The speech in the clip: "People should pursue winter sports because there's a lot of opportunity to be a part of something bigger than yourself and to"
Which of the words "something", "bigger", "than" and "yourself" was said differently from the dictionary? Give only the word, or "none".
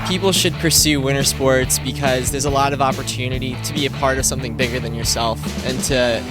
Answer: none